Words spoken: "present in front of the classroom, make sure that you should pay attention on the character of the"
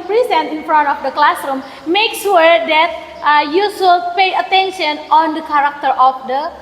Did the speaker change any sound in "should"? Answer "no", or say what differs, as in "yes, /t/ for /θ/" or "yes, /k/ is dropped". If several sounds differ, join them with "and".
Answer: yes, /s/ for /ʃ/